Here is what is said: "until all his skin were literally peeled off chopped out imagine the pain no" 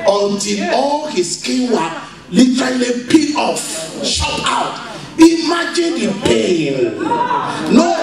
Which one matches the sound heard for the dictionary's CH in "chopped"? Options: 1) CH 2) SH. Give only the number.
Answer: 2